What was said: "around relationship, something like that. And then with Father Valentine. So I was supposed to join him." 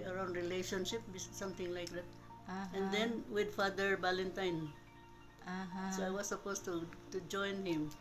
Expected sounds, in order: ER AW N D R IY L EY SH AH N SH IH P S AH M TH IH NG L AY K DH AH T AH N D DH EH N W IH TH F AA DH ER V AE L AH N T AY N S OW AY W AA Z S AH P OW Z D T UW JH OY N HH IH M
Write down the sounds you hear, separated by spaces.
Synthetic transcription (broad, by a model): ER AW N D R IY L EY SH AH N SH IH P S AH M T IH NG L AY K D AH T AH N D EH N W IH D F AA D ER B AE L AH N T AY N S OW AY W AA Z S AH P OW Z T T UW JH OY N HH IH M